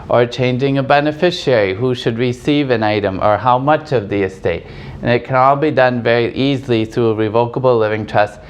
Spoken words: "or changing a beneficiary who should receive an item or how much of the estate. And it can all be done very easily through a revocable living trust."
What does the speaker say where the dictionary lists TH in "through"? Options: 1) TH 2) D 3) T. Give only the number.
1